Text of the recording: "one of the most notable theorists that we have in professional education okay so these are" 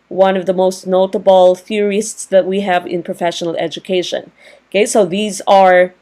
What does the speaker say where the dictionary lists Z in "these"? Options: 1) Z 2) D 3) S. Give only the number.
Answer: 1